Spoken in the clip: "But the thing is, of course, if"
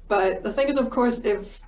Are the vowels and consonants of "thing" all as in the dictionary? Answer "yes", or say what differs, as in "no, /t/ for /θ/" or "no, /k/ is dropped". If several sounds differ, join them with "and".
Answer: yes